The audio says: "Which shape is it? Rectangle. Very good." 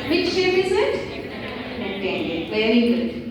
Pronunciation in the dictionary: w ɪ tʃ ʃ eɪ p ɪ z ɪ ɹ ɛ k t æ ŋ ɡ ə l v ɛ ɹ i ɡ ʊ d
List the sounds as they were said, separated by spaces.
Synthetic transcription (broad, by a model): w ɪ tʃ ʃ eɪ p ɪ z ɪ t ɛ t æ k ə v ɛ ɹ i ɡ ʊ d